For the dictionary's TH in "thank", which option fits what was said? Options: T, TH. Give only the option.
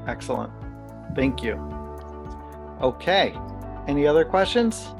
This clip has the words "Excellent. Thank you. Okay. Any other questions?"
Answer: TH